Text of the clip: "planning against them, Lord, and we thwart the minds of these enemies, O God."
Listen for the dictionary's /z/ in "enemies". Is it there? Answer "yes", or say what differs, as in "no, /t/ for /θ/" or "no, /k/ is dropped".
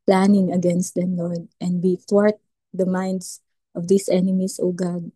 no, /s/ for /z/